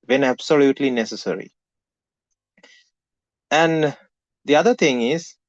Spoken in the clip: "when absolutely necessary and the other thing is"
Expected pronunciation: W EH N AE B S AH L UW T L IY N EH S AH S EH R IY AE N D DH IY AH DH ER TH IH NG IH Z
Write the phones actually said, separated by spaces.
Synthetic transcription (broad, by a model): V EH N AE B S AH L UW T L IY N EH S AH S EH R IY AE N D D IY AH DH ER T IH NG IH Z